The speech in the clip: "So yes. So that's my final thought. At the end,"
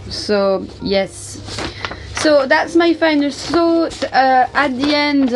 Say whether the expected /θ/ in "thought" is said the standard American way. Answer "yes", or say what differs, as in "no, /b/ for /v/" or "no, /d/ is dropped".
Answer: no, /s/ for /θ/